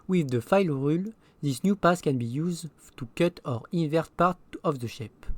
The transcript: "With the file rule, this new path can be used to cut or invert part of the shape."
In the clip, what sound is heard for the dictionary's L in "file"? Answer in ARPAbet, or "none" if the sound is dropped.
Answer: L